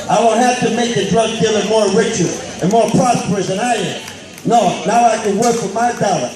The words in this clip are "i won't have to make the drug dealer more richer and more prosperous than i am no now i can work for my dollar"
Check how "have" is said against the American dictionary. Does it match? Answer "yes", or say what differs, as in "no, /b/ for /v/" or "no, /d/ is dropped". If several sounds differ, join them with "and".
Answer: no, /f/ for /v/